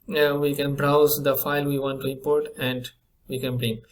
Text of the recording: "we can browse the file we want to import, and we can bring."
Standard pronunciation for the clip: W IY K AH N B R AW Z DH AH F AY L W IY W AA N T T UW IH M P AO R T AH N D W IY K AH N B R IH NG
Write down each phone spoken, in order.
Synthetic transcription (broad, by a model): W IY K AH N B R AW Z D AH F AY L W IY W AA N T T UW IH M P AO R T AH N D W IY K AH N B R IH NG